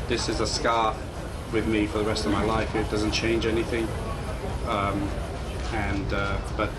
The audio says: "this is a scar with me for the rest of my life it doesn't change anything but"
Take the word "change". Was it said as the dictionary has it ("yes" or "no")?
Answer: yes